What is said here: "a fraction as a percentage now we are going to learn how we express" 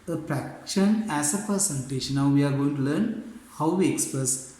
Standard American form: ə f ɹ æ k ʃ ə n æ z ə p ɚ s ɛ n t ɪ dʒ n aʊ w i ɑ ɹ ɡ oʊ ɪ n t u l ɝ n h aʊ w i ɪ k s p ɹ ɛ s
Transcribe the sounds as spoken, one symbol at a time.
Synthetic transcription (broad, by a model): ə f ɹ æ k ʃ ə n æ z ə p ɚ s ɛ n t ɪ ʃ n aʊ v i ɑ ɹ ɡ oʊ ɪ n t u l ɝ n h aʊ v i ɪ k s p ɹ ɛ s